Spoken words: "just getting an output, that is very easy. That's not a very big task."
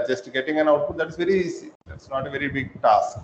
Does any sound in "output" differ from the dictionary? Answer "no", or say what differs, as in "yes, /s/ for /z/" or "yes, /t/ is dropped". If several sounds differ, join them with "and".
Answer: yes, /p/ is dropped